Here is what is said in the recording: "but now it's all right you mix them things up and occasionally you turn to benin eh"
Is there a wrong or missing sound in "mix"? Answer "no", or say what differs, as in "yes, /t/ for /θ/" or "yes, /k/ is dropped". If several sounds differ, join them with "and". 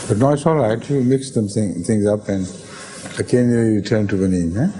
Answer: no